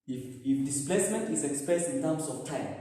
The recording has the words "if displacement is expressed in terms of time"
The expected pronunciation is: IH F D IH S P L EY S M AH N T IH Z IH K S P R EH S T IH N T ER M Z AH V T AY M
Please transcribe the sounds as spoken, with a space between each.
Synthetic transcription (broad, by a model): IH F D IH S P L EY S M AH N T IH S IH K S P EH S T IH N T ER M S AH F T AY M